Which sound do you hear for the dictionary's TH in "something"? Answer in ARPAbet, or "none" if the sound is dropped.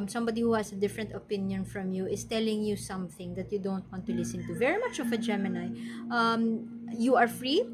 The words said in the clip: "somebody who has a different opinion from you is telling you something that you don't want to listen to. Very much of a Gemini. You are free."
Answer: TH